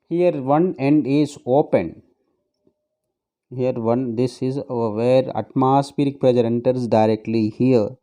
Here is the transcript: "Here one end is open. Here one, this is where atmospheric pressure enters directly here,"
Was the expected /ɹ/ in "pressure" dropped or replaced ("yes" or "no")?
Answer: yes